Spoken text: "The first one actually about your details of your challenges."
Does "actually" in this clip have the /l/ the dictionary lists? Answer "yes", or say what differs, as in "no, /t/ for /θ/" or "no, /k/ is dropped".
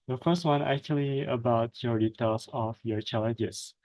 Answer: yes